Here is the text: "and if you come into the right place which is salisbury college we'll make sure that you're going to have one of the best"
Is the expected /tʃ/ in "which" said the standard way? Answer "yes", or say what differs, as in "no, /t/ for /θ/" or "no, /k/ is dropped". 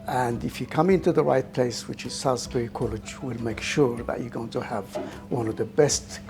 yes